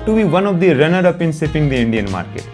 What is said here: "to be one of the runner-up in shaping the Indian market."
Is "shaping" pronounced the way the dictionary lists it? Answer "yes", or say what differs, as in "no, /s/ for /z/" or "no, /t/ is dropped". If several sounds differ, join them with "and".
no, /s/ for /ʃ/